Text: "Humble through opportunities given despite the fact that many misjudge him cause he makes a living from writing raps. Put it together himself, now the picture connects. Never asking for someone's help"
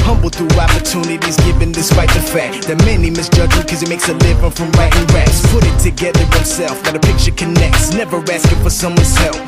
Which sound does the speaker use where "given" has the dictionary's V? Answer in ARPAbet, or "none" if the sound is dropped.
V